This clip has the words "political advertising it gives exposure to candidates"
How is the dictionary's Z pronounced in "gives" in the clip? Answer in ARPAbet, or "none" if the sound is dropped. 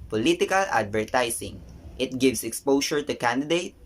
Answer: S